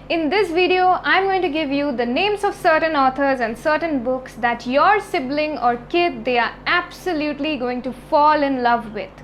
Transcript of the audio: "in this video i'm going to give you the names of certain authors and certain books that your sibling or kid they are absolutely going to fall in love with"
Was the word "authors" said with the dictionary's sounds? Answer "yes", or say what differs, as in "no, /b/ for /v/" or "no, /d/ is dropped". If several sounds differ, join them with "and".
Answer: no, /t/ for /θ/